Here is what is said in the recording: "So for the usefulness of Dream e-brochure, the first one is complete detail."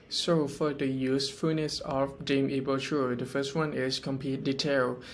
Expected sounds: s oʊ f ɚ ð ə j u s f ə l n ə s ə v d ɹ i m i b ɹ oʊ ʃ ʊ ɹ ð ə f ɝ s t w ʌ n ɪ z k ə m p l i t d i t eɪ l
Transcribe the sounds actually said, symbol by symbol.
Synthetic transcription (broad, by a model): s oʊ f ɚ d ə j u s f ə n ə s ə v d i m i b oʊ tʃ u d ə f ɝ s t w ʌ n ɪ s k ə m p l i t d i t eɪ l